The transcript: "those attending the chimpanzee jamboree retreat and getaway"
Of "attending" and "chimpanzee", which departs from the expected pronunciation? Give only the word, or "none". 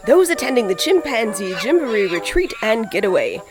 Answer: none